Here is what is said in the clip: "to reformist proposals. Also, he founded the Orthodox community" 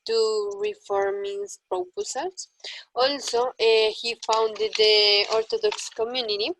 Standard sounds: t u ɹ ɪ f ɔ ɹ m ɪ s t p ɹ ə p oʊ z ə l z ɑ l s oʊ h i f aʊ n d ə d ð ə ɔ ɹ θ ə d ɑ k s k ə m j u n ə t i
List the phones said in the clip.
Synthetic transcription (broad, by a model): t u ɹ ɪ f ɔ ɹ m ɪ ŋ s p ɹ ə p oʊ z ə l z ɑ l s oʊ h i f aʊ n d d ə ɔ ɹ t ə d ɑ k s k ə m j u n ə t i